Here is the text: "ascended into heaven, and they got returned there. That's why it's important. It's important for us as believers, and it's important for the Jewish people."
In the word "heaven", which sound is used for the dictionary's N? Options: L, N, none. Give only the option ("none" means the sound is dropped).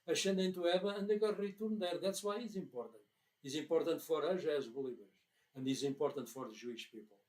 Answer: none